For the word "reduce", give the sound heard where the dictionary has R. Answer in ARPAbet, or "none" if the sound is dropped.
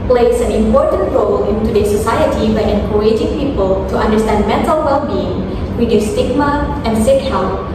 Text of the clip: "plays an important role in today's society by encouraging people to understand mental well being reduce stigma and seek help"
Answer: W